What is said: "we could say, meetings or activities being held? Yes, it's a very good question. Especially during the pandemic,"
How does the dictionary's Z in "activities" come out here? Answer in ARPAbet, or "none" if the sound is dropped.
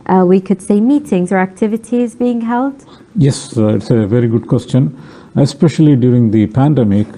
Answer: Z